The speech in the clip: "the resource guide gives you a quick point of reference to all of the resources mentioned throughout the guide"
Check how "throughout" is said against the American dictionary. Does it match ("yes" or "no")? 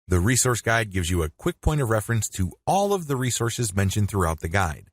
yes